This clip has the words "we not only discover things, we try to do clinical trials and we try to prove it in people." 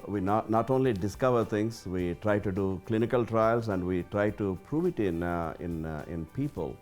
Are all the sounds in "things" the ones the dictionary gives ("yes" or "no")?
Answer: no